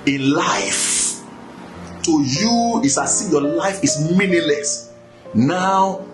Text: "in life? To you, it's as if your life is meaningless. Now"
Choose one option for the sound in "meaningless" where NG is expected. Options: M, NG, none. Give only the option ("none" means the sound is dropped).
none